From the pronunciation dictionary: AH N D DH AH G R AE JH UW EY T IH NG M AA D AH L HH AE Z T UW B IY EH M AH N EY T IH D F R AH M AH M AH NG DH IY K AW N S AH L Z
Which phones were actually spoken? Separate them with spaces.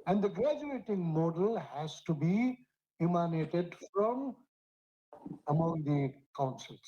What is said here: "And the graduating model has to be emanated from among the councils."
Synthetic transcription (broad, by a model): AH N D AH G R AE JH UW EY T IH NG M AA D AH L HH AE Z T UW B IY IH M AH N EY T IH D F R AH M AH M AH NG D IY K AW N S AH L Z